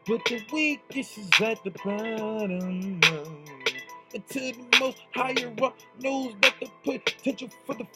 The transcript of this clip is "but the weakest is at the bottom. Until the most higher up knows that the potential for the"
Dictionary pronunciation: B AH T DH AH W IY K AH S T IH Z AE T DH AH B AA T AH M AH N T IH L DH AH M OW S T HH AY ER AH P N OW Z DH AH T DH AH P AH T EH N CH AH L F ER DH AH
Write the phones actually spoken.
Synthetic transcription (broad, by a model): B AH T DH AH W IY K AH S IH Z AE T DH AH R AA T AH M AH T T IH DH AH M OW S T HH AY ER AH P N OW Z DH AH T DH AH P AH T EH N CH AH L F ER DH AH